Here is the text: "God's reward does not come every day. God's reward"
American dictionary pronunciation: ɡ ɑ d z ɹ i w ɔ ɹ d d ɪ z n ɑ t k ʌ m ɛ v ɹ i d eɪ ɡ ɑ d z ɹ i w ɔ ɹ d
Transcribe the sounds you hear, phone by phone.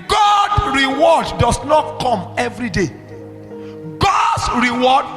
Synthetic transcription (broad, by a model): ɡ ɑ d ɹ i w ɔ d d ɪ s n ɑ t k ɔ m ɛ v ɹ i d eɪ ɡ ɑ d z ɹ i w ɔ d